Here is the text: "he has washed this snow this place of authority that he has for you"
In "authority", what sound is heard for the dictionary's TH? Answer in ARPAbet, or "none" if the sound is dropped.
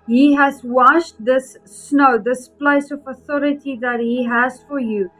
TH